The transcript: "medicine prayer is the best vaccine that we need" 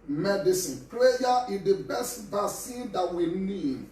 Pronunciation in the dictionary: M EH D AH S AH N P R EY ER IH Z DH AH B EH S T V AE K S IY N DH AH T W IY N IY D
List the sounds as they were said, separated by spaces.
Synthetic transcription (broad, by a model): M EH D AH S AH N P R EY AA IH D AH B EH S T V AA S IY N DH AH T W IY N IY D